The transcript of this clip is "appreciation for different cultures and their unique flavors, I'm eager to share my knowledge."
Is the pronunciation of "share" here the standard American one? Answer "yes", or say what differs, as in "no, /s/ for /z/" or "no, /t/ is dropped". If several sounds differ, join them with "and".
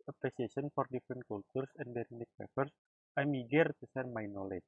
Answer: no, /s/ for /ʃ/